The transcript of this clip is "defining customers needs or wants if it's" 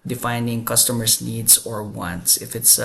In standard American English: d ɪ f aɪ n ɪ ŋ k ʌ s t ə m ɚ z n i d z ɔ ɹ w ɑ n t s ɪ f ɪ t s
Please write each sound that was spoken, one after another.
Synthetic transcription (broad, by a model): d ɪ f aɪ n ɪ ŋ k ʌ s t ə m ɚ s n i d s ɔ ɹ w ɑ n t s ɪ f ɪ t s